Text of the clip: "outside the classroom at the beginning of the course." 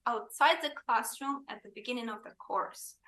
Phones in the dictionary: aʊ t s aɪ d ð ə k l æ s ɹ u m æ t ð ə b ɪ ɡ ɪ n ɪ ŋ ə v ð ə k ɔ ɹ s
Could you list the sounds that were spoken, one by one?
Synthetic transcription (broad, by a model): aʊ t s aɪ d ð ə k l æ s ɹ u m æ t ð ə b ɪ ɡ ɪ n ɪ ŋ ə v ð ə k ɔ ɹ s